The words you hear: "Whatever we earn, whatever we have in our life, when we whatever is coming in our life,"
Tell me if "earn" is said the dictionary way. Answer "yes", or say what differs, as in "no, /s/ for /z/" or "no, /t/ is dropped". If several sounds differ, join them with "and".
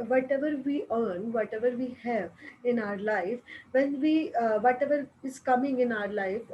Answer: yes